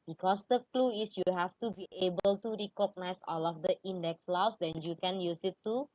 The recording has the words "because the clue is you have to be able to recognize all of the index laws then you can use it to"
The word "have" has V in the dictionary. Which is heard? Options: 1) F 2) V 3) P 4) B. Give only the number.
1